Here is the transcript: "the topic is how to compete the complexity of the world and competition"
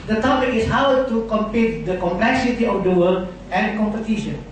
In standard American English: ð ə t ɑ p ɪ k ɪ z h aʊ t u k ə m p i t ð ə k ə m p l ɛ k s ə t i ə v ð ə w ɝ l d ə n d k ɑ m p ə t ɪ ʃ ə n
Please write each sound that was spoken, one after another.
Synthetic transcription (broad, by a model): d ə t ɑ p ɪ k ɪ s h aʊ t u k ə m p i t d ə k ə m p l ɛ k s ə t i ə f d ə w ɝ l ə n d k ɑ m p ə t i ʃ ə n